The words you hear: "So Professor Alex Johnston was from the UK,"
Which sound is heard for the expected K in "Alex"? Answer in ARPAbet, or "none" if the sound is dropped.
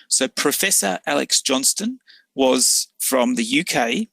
K